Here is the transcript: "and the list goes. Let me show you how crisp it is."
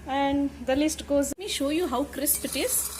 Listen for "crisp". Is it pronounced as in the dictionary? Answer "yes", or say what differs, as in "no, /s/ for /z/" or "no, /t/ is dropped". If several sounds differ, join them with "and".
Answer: yes